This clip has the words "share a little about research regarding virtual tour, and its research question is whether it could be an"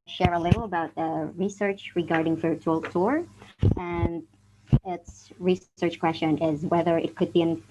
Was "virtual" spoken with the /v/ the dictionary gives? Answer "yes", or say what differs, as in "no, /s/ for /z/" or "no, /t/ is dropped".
no, /f/ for /v/